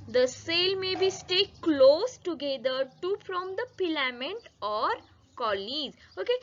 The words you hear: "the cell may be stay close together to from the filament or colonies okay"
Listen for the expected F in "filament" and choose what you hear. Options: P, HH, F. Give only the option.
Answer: P